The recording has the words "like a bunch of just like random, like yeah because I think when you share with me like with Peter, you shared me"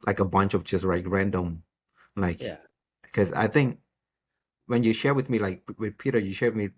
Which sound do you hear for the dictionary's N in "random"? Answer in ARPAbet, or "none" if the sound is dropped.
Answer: N